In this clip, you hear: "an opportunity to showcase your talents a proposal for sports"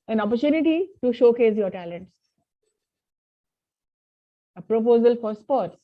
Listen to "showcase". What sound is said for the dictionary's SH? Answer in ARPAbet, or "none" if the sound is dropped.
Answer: SH